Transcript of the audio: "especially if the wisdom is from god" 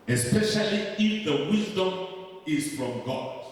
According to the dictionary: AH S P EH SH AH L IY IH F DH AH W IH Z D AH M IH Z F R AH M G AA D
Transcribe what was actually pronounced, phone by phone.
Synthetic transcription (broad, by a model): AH S P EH SH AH L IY IH F DH AH W IH Z D AH M IH Z F R AH M G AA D